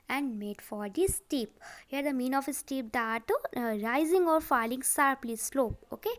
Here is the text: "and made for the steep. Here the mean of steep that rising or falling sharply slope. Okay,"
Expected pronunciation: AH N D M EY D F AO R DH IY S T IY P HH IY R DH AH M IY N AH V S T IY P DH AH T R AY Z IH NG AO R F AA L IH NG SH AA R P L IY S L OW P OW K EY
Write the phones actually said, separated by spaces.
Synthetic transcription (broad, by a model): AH N D M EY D F AO R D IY S T IY P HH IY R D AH M IY N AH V S T IY P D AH T R AY Z IH NG AO R F AA L IH NG S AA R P L IY S L OW P OW K EY